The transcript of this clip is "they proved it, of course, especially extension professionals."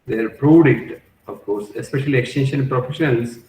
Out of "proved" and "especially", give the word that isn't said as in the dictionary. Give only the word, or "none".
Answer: proved